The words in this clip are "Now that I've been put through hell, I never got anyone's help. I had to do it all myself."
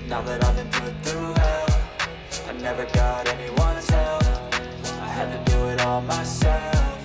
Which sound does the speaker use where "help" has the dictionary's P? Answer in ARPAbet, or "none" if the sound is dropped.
F